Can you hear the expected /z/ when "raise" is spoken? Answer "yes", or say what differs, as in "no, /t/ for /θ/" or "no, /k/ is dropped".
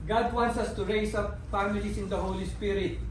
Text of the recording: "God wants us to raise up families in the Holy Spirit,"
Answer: no, /s/ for /z/